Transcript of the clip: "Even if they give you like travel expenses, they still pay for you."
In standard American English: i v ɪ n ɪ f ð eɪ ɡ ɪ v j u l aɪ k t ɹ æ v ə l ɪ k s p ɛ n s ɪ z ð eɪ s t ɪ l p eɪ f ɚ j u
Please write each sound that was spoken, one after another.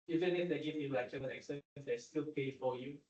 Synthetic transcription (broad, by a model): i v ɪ n ɪ f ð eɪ ɡ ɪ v j u l aɪ k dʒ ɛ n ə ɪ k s ɛ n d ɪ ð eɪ s t ɪ l p eɪ f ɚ j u